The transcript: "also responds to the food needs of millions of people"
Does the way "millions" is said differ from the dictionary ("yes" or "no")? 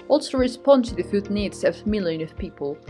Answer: yes